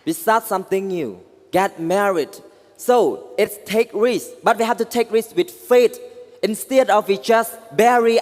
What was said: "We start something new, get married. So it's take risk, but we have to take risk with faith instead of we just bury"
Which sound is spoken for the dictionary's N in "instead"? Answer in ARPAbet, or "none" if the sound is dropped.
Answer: N